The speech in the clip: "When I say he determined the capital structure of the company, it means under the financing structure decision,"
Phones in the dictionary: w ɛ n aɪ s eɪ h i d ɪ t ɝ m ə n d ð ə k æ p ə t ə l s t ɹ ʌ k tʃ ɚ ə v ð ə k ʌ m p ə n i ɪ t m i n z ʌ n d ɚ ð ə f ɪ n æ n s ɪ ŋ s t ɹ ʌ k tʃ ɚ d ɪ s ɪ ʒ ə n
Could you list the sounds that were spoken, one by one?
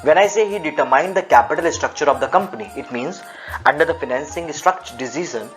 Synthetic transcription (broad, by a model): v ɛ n aɪ s eɪ h i d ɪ t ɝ m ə n d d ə k æ p ə t ə l s t ɹ ʌ k tʃ ɚ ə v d ə k ʌ m p ə n i ɪ t m i n z ʌ n d ɚ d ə f ɪ n æ n s ɪ ŋ s t ɹ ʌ k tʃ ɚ d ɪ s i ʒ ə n